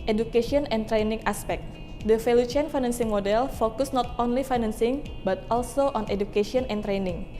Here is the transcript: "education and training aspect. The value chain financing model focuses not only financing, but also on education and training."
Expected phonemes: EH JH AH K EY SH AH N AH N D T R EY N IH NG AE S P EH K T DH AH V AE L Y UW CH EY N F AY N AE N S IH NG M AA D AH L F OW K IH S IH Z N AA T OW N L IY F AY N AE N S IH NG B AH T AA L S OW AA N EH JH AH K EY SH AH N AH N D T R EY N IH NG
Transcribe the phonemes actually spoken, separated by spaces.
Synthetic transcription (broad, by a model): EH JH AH K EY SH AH N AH N T R EY N IH NG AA S P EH K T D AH F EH L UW CH EY N F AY N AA N S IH NG M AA D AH L F OW K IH S N AA T OW N L IY F AY N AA N S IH NG B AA T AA L S OW AA N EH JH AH K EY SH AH N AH N T R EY N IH NG